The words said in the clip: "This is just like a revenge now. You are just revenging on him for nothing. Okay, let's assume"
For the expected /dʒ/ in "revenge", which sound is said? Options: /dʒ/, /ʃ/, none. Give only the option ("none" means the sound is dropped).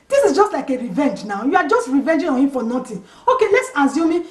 /dʒ/